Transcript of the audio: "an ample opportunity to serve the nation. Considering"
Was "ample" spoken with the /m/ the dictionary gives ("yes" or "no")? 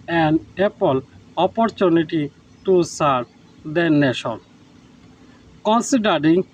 no